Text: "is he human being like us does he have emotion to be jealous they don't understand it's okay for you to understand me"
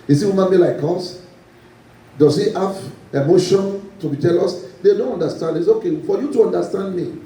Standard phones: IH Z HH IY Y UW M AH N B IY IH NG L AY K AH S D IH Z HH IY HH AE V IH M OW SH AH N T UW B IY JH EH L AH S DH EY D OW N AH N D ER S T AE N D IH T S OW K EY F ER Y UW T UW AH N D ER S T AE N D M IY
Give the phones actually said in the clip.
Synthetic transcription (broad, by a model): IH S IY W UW M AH N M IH L AY K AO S D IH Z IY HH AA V IH M OW SH AH N T UW B IY JH EH L AH S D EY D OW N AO N D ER S T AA N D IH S OW K EY F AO Y UW T UW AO N D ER S T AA N D M IY